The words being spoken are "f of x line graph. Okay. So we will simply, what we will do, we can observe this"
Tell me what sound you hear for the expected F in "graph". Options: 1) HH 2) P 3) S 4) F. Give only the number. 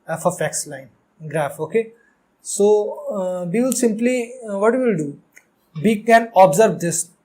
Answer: 4